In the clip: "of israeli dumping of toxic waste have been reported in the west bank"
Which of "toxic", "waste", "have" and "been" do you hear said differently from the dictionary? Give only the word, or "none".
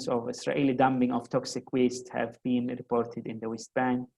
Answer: none